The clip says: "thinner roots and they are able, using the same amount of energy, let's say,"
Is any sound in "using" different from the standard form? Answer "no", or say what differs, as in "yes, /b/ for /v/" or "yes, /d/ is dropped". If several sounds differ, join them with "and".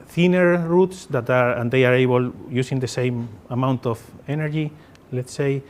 yes, /s/ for /z/